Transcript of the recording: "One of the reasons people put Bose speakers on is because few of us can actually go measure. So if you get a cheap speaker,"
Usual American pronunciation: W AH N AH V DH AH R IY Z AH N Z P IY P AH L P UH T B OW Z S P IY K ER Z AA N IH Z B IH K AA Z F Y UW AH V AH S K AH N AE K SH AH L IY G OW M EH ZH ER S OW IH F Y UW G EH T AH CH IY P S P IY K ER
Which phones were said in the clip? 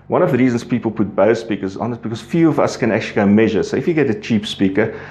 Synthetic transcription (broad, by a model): W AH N AH V DH AH R IY Z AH N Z P IY P AH L P UH T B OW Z S P IY K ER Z AA N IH S B IH K AA Z F Y UW AH V AH S K AH N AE K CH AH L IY G OW M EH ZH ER S OW IH F Y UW G EH T AH CH IY P S P IY K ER